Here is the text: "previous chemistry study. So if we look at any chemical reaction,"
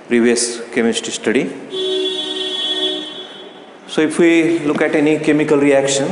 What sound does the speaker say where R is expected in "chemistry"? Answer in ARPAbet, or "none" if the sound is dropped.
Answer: none